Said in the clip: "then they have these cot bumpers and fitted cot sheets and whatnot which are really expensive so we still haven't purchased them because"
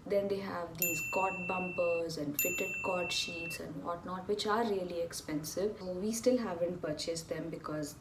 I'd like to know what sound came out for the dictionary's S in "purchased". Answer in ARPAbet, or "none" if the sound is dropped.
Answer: S